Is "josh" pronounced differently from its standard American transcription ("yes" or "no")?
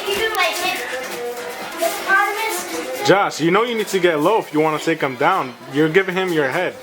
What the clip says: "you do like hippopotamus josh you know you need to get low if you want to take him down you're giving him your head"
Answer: yes